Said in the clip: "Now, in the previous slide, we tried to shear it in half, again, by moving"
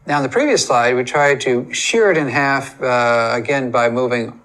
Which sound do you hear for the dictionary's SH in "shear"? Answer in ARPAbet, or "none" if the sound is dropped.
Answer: SH